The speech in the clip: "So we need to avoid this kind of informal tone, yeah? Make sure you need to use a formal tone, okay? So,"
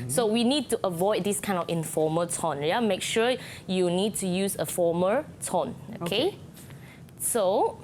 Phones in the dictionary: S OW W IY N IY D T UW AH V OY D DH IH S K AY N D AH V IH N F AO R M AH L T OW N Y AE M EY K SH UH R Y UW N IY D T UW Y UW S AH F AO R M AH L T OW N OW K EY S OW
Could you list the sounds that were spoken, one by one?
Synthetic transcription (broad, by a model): S OW W IY N IY D T UW AH V OY D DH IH S K AY N D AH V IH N F AO M AH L T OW N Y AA M EY K SH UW Y UW N IY D T UW Y UW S AH F AO M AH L T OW N OW K EY S OW